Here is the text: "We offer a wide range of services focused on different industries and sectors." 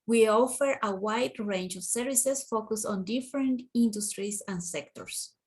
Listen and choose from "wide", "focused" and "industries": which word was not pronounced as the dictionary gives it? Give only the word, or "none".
industries